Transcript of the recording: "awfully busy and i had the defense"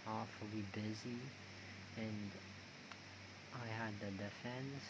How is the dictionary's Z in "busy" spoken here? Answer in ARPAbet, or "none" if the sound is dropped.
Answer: Z